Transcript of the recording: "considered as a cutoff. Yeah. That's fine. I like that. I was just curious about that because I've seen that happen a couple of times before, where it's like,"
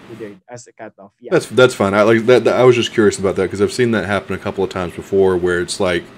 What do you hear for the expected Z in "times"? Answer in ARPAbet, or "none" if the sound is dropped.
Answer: Z